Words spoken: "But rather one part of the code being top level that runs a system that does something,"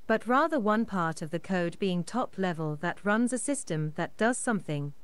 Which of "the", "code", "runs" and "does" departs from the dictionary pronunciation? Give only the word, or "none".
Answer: none